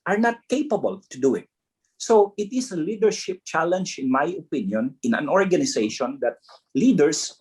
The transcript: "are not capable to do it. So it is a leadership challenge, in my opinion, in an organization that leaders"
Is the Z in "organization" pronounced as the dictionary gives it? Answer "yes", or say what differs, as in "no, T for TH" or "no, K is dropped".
no, S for Z